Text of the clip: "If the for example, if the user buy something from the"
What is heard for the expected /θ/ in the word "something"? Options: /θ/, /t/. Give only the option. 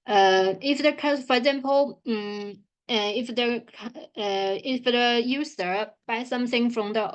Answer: /θ/